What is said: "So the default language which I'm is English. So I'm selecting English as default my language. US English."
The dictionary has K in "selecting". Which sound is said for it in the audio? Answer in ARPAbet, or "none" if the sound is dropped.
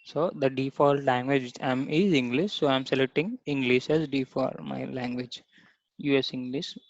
none